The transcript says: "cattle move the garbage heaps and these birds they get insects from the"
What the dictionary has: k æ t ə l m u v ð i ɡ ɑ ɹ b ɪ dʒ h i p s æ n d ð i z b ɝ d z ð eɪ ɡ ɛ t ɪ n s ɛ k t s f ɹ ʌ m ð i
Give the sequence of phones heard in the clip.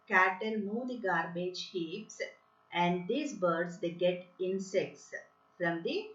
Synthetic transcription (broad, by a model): k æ t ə l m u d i ɡ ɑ ɹ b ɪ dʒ h i p s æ n d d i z b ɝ d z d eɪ ɡ ɛ t ɪ n s ɛ k t s f ɹ ʌ m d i